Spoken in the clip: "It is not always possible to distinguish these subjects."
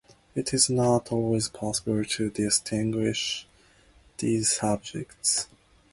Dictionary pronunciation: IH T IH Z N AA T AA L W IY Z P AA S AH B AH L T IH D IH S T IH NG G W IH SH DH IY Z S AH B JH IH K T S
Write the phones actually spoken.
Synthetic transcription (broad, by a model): IH T IH Z N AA T AA L W IY Z P AA S AH B AH L T IH D IH S T IH NG G W IH SH DH IY Z S AH B JH IH K T S